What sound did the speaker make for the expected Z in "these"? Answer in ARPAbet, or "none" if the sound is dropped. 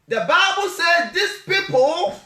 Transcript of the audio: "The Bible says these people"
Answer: S